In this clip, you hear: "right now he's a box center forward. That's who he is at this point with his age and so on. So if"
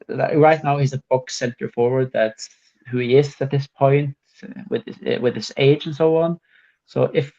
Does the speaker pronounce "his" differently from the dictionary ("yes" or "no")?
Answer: yes